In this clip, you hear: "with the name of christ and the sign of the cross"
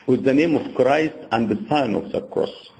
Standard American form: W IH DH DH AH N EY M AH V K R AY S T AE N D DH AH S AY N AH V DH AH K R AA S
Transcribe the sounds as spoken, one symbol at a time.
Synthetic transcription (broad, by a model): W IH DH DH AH N EY M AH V K R AY S T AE N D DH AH S AY N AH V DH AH K R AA S